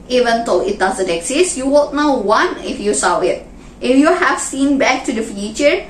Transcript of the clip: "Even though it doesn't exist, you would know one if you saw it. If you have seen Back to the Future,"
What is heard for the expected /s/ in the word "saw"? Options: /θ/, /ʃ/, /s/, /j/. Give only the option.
/s/